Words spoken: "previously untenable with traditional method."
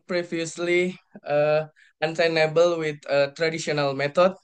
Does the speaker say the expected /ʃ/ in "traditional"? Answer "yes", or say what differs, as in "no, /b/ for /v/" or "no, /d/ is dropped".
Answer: no, /s/ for /ʃ/